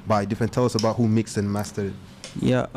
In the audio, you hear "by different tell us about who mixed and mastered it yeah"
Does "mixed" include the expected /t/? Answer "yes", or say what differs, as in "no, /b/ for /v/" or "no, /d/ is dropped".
no, /t/ is dropped